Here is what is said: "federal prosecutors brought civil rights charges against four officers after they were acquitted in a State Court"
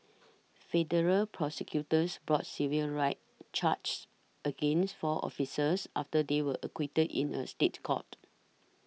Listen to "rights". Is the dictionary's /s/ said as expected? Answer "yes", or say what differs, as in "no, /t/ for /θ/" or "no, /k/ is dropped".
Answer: no, /s/ is dropped